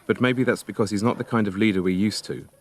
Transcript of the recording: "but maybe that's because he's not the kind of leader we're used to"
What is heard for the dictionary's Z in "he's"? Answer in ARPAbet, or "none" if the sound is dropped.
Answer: Z